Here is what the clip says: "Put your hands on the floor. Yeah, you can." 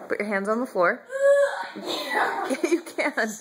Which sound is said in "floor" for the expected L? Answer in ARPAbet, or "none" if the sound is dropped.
L